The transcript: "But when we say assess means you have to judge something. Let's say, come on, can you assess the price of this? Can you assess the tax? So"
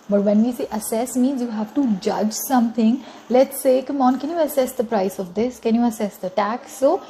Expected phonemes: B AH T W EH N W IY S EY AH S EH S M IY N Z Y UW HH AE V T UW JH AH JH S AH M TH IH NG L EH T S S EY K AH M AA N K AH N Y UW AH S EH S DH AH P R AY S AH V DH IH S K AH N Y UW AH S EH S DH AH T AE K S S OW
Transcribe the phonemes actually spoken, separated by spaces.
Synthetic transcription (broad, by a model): B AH T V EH N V IY S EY AH S EH S M IY N Z Y UW HH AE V T UW JH AH JH S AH M T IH NG L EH T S S EY K AH M AA N K AH N Y UW AH S EH S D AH P R AY S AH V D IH S K AH N Y UW AH S EH S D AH T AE K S S OW